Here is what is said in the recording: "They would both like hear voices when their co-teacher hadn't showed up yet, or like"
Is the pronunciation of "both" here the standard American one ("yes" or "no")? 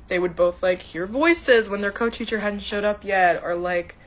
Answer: yes